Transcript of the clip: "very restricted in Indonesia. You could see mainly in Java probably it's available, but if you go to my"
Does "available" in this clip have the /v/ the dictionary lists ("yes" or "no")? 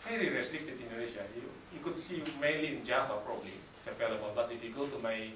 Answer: no